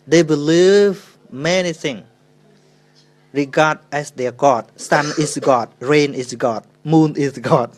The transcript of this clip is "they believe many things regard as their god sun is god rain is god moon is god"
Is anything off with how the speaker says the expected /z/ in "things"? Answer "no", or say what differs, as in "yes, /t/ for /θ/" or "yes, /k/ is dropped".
yes, /z/ is dropped